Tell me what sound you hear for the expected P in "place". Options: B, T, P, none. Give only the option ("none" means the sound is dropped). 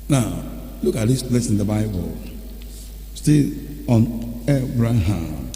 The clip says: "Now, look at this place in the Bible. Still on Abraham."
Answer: B